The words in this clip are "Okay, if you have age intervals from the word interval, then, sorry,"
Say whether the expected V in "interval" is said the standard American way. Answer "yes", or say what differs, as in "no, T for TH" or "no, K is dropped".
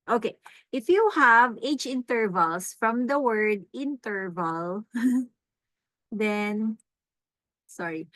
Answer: yes